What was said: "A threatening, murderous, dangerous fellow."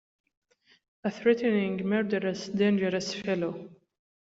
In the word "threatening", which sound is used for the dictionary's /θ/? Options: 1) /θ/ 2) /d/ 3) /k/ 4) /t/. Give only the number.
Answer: 1